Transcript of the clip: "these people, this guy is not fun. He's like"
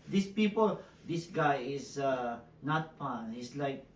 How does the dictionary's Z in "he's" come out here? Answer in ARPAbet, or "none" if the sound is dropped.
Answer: S